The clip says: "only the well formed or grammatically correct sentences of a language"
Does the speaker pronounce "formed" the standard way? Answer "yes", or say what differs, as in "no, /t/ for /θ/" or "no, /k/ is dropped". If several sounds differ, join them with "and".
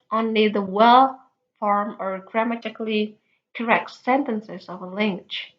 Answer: no, /d/ is dropped